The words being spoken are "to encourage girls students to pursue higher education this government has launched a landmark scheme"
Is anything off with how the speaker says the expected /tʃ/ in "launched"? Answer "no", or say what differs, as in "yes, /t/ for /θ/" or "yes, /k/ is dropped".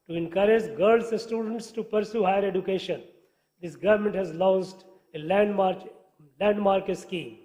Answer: yes, /s/ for /tʃ/